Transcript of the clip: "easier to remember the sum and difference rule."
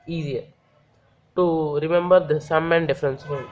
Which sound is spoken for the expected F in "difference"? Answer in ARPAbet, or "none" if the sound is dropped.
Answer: F